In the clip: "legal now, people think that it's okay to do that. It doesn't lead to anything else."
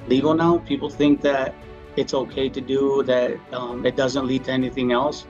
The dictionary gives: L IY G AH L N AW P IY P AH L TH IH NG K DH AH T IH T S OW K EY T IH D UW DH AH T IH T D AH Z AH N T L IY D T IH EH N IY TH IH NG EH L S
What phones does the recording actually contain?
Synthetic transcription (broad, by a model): L IY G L N AW P IY P L TH IH NG K DH AH T IH T S OW K EY T IH D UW DH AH T IH T D AH Z AH N T L IY D T IH EH N IY TH IH NG EH L S